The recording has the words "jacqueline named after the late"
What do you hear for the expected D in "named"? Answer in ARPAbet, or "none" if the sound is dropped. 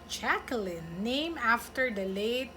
none